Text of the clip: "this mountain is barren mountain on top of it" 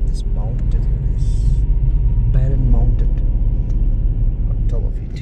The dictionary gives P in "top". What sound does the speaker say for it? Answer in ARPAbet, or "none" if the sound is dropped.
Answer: B